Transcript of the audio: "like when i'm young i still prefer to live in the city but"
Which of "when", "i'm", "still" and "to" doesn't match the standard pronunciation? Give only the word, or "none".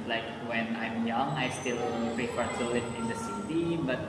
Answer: to